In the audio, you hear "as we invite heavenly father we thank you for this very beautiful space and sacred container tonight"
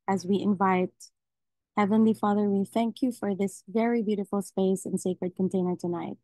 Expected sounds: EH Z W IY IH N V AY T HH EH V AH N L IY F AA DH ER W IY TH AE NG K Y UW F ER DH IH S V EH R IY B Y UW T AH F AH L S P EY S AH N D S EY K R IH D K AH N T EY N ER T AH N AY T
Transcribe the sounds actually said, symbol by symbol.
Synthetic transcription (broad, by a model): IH Z W IY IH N V AY T HH EH V AH N L IY F AA DH ER W IY TH AE NG K Y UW F ER DH IH S V EH R IY B Y UW T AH F L S P EY S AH N S EY K R IH D K AH N T EY N ER T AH N AY T